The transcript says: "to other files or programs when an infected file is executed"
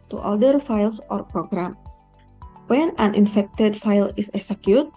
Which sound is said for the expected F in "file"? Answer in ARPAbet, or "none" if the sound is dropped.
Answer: F